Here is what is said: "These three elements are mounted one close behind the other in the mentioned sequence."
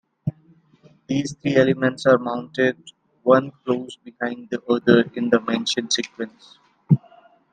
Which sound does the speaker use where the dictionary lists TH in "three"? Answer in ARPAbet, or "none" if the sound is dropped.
T